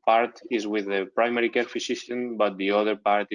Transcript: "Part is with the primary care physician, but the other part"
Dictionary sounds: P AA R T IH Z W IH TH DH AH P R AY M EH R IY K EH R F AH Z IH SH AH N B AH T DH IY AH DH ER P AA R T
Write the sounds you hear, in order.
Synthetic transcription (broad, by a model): P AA R T IH Z W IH DH AH P R AY M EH R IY K EH R F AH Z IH S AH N B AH T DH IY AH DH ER P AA R T